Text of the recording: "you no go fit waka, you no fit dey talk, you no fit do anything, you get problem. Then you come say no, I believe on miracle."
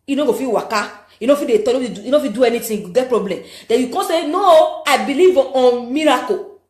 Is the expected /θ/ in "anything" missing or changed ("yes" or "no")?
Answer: yes